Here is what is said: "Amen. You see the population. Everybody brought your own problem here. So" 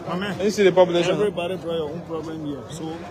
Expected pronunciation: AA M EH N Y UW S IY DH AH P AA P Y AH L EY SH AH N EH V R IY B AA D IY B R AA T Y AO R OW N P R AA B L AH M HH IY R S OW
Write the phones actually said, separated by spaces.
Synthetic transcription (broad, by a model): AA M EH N S IY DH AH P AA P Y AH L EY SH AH EH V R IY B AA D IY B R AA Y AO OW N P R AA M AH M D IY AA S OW